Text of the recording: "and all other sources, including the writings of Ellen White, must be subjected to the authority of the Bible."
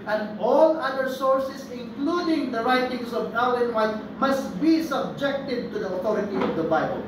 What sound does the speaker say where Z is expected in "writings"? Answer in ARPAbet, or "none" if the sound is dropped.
S